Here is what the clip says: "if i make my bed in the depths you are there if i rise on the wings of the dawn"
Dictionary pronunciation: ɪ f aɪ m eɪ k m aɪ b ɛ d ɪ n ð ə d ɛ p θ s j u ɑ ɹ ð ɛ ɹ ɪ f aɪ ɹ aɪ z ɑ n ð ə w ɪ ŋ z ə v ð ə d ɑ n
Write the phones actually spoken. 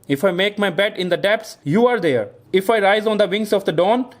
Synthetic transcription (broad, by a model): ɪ f aɪ m eɪ k m aɪ b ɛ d ɪ n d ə d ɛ p s j u ɑ ɹ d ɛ ɹ ɪ f aɪ ɹ aɪ z ɑ n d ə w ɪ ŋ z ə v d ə d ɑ n